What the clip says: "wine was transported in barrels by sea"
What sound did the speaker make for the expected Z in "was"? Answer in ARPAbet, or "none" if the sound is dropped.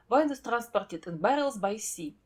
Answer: S